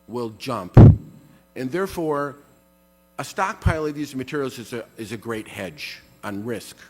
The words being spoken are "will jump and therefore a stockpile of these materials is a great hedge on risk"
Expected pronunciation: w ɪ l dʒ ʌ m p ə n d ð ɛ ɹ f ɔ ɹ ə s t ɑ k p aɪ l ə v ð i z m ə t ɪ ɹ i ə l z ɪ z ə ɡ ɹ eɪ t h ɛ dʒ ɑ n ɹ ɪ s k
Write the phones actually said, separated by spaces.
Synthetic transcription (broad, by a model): w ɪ l dʒ ʌ m p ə n ð ɛ ɹ f ɔ ɹ ə s t ɑ k p aɪ l ə v ð i z m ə t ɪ ɹ i l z ɪ z ə ɡ ɹ eɪ t h ɛ dʒ n ɹ ɪ s k